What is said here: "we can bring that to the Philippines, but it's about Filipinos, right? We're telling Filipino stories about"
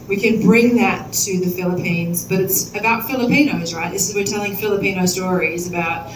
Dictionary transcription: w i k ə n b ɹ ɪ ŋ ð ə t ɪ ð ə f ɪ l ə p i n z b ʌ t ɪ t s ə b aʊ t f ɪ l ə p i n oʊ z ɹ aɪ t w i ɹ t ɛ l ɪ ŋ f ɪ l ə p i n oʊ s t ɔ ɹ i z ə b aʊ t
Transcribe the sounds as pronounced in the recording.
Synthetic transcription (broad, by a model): w i k ə n b ɹ ɪ ŋ ð ə t ɪ ð ə f ɪ l ə p i n z b ʌ t ɪ t s ə b aʊ t f ɪ l ə p i n oʊ z ɹ aɪ t w i ɹ t ɛ l ɪ ŋ f ɪ l ə p i n oʊ s t ɔ ɹ i z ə b aʊ t